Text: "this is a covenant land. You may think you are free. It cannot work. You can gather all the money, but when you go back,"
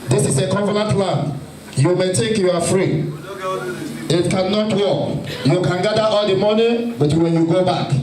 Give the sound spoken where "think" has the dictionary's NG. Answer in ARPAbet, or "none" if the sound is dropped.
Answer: none